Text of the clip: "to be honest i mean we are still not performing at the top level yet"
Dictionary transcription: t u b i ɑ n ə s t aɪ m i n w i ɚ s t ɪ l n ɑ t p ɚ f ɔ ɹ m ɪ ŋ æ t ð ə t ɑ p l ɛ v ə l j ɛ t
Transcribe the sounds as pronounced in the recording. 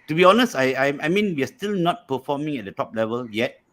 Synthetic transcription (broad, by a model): t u b i ɑ n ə s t aɪ m i n w i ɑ s t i l n ɑ t p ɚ f ɔ m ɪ ŋ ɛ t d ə t ɑ p l ɛ v ə l j ɛ t